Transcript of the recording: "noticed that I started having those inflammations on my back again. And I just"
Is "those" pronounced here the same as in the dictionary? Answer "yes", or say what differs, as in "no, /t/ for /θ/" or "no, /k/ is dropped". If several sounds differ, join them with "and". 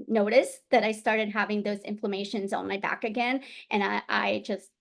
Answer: yes